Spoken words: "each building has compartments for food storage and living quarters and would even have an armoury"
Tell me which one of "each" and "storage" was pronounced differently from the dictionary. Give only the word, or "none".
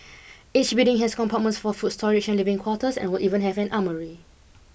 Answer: storage